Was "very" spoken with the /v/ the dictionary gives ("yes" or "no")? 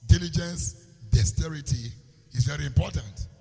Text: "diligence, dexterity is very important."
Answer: yes